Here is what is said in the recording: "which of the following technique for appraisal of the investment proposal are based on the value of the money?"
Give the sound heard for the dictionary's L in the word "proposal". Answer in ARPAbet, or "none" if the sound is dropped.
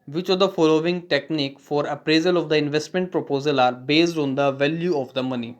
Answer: L